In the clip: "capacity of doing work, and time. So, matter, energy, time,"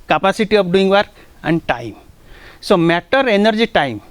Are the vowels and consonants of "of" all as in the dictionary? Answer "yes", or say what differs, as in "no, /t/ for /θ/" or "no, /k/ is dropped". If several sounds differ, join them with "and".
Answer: no, /p/ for /v/